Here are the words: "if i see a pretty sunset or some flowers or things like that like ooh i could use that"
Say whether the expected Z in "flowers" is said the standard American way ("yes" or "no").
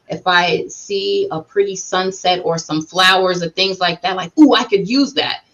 yes